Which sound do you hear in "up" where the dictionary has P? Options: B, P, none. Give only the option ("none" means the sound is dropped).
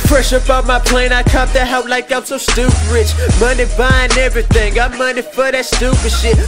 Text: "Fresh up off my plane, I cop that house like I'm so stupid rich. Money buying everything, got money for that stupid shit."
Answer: B